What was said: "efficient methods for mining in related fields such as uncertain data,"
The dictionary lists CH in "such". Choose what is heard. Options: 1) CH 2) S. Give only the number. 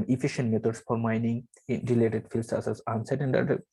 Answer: 2